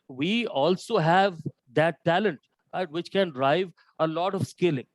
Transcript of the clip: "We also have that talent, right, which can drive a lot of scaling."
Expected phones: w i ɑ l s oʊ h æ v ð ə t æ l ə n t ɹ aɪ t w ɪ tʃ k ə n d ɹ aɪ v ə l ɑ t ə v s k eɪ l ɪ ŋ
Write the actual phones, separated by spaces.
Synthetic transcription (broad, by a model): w i ɑ l s oʊ h æ v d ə t æ l ə n t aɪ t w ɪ tʃ k ə n d ɹ aɪ v ə l ɑ t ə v s k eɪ l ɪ ŋ